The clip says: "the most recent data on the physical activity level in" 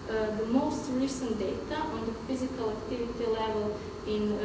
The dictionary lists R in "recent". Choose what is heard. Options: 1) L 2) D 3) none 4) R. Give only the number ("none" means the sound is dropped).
1